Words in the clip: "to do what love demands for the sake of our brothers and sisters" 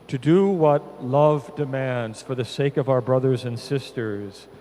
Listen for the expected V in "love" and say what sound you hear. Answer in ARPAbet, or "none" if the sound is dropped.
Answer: V